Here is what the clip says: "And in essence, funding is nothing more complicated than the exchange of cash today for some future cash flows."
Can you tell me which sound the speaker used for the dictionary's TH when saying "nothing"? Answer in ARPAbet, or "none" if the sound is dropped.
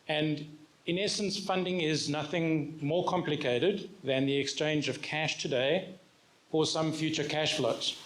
TH